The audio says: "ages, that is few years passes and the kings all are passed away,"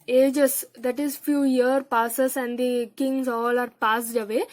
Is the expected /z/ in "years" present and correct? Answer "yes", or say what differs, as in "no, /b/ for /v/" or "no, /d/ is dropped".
no, /z/ is dropped